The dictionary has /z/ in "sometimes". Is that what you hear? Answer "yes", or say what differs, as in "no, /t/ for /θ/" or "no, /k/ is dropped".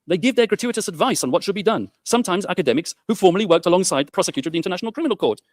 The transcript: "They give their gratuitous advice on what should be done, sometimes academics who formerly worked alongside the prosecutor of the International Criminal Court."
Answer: yes